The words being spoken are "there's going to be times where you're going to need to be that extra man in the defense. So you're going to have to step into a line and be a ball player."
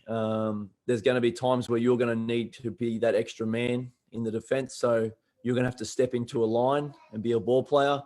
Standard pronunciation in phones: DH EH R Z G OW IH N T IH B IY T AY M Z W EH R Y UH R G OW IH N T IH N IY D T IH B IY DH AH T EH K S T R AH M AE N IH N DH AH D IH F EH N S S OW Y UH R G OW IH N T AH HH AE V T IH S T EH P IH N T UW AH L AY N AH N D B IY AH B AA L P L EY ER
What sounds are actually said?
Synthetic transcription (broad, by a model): DH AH R Z G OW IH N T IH B IY T AY M Z W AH R Y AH R G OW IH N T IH N IY D T IH B IY DH AH T EH K S T R AH M AE N IH N DH AH D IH F EH N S S OW Y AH R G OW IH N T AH HH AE F T IH S T EH P IH N T UW AH L AY N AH N B IY AH B AA L P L EY ER